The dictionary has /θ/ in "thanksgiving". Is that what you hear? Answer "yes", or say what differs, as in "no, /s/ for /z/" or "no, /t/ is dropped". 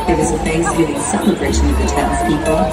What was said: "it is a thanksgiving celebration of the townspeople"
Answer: no, /f/ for /θ/